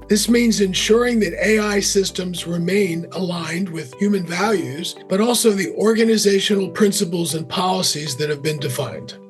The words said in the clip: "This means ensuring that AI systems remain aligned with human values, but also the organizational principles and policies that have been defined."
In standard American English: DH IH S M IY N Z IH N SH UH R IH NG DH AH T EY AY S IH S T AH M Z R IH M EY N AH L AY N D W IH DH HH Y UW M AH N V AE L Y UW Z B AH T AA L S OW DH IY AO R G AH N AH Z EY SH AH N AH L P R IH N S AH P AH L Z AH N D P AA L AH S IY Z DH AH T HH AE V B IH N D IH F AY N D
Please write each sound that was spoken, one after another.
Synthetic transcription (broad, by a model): DH IH S M IY N Z IH N SH UH R IH NG DH AH T EY AY S IH S T AH M Z R IH M EY N AH L AY N D W IH DH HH Y UW M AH N V AE L Y UW Z B AH T AA L S OW DH IY AO R G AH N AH Z EY SH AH N L P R IH N S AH P L Z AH N P AA L AH S IY Z DH AH T HH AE V B IH N D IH F AY N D